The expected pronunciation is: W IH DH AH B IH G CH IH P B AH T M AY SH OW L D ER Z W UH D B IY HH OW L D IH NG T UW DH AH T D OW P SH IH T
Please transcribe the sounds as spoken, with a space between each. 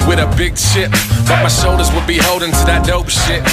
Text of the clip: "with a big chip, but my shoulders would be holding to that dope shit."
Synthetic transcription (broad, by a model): W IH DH AH B IH G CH IH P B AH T M AY S OW L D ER Z W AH D B IY HH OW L D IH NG T UW DH AH T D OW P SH IH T